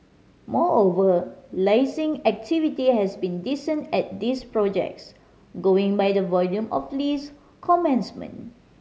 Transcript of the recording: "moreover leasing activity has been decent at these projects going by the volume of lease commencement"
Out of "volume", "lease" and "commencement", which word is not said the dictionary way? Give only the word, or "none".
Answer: commencement